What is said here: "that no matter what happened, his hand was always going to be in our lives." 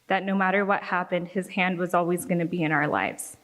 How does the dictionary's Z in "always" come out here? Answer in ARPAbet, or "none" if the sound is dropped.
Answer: Z